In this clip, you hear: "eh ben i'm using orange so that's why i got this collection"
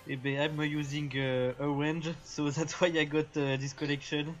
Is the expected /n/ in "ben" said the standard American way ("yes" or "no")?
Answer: no